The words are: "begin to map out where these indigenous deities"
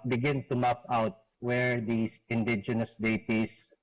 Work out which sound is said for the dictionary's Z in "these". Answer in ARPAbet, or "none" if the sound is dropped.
S